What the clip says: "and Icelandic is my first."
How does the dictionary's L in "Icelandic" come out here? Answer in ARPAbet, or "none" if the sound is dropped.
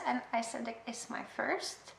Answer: none